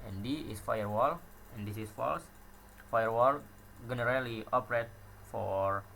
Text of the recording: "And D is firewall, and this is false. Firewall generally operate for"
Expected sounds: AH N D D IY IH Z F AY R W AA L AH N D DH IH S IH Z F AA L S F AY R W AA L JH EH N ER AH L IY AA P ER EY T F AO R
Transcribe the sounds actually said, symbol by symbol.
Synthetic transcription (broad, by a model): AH N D D IY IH S F AY R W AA L AH N D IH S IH S F AA L S F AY R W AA L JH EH N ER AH L IY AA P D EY T F AO R